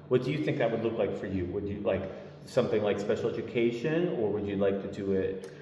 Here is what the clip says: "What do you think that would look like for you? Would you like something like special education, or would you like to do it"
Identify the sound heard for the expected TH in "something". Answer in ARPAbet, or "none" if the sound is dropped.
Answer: TH